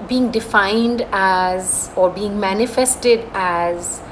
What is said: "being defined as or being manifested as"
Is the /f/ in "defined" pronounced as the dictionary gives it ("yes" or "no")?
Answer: yes